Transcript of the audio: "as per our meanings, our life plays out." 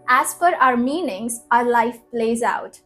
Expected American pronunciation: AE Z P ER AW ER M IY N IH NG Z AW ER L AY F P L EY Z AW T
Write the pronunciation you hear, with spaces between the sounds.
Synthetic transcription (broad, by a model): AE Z F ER AW ER M IY N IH NG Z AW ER L AY F P L EY Z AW T